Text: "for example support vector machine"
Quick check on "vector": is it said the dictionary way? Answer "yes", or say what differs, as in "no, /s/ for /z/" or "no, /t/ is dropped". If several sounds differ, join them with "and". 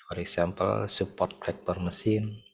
no, /f/ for /v/